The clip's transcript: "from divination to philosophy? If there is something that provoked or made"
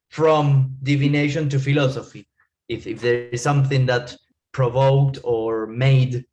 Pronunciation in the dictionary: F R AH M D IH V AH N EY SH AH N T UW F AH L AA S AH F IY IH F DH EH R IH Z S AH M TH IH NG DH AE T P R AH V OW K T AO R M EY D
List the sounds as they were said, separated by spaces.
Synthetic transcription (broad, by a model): F R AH M D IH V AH N EY SH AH N T UW F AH L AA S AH F IY IH F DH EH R IH Z S AH M TH IH NG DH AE T P R AH V OW K T AO R M EY D